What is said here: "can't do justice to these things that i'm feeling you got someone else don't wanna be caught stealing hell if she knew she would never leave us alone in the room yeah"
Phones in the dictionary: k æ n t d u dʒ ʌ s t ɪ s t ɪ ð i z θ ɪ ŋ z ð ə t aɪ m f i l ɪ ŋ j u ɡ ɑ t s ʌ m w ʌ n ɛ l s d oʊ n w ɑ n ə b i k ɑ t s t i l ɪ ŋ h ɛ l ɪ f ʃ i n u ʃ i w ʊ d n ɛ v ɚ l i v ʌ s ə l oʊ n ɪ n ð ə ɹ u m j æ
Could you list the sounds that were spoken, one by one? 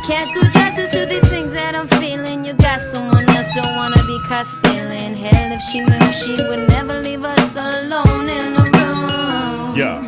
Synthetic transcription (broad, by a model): k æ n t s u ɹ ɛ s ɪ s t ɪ ð i z θ ɪ ŋ z ð ə t aɪ m f i l ɪ ŋ j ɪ ɡ ɑ t s ʌ m w ʌ n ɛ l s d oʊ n w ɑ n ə b i k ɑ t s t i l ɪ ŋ h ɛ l ɪ f ʃ i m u ʃ i w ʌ d n ɛ v ɚ l i v ʌ s ə l oʊ n ɪ n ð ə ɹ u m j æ